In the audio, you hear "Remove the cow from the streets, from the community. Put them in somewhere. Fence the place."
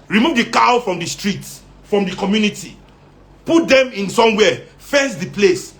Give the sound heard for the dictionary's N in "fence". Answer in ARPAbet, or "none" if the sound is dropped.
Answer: none